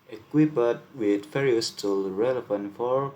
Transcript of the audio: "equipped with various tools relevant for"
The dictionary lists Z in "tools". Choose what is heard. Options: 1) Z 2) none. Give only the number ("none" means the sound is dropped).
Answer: 2